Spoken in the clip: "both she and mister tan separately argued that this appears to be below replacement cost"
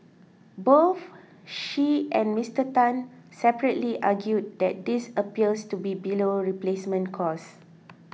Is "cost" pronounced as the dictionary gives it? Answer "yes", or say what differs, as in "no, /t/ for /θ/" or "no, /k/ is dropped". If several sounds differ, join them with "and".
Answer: no, /t/ is dropped